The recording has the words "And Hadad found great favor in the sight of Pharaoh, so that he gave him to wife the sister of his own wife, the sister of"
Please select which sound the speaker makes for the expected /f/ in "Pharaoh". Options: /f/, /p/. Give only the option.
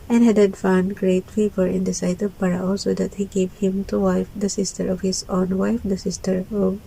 /p/